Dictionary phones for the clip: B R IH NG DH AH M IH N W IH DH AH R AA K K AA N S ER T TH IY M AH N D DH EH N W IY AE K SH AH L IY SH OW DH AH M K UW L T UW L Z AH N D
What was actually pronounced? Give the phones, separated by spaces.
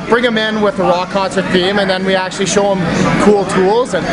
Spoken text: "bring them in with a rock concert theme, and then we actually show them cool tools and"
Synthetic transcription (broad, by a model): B R IH NG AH M IH N W IH DH AH R AA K K AA N S ER T F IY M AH N DH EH N W IY AE K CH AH L IY SH OW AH M K UW L T UW L Z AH N